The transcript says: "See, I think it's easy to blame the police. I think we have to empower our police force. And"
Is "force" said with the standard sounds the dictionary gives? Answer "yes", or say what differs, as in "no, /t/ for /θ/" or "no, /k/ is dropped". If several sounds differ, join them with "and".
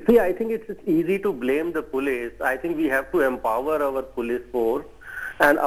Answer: no, /s/ is dropped